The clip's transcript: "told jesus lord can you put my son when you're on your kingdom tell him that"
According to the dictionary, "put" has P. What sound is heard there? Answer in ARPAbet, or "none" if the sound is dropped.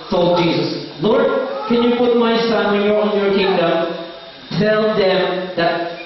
P